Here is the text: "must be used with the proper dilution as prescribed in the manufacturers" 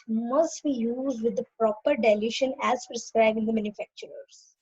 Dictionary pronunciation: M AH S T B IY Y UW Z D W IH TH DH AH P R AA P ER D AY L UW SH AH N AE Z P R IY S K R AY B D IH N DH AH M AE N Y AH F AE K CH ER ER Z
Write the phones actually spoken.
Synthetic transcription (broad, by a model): M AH S T B IY Y UW Z D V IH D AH P R AA P ER D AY L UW SH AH N AE Z P R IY S K R AY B IH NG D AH M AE N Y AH F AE K CH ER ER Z